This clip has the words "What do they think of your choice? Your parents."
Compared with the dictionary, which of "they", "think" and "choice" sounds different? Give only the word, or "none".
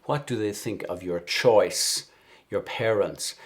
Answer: none